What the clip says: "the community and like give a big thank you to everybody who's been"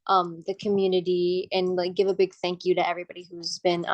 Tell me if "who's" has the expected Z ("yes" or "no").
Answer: yes